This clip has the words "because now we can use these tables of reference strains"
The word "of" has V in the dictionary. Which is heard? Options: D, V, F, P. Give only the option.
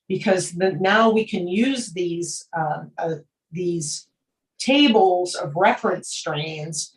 V